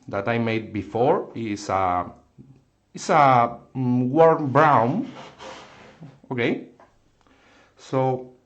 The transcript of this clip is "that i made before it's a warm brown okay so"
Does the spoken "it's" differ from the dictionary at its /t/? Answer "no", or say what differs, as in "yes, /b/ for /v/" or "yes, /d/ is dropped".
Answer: yes, /s/ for /t/